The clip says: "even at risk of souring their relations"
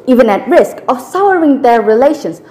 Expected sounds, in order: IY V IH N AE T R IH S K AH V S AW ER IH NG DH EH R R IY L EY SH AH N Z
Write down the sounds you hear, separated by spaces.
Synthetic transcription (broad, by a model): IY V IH N AE T R IH S K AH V S AW ER IH NG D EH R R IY L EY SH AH N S